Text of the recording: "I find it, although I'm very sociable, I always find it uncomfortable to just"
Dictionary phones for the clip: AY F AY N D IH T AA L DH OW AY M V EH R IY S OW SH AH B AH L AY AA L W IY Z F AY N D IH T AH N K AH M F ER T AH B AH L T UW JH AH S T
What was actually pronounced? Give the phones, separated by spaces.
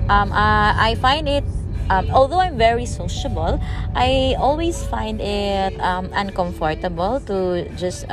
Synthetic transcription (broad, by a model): AY F AY N D IH T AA L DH OW AY M V EH R IY S OW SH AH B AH L AY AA L W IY S F AY N D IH T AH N K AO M F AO T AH B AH L T UW JH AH S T